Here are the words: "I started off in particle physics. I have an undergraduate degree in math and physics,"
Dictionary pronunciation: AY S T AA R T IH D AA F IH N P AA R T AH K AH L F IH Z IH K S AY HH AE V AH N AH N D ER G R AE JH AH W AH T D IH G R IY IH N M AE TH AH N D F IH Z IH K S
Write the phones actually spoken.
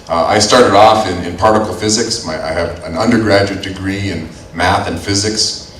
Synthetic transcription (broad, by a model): AY S T AA R T IH D AA F IH N P AA R T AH K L F IH Z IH K S AY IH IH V AH N AH N D ER G R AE JH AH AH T D IH G R IY IH N M AE TH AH N F IH Z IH K S